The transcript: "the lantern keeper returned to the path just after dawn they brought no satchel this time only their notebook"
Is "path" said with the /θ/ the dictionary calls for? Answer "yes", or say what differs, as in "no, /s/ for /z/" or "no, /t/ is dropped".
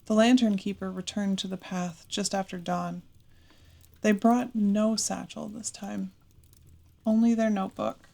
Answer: yes